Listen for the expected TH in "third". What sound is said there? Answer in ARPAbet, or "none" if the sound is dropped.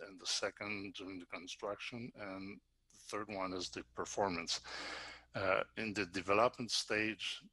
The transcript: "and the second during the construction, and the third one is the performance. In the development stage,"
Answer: TH